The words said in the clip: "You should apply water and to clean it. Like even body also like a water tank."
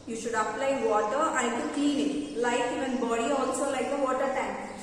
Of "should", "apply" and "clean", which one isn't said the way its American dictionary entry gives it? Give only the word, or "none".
clean